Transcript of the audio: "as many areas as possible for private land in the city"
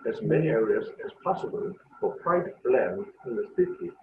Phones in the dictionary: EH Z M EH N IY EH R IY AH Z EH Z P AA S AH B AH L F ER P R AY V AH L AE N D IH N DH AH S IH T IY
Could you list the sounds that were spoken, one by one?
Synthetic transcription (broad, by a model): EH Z M EH N IY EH R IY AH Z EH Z P AA S AH B AH L F ER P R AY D L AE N IH N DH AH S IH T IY